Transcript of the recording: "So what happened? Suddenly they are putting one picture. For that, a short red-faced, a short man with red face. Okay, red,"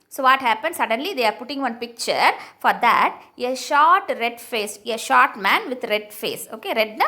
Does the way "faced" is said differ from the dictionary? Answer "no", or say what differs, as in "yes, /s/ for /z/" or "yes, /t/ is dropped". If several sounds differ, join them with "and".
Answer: yes, /t/ is dropped